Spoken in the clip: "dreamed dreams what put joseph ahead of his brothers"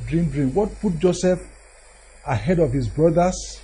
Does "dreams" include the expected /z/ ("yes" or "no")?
no